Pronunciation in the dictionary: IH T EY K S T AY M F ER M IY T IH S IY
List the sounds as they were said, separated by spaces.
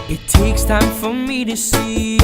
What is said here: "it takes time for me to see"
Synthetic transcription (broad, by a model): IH T EY K S T AY M F ER M IY T IH S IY